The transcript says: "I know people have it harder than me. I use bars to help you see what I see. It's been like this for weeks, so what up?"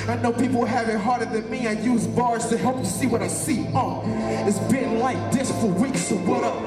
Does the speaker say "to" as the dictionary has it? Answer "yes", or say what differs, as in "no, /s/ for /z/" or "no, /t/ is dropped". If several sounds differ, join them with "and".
yes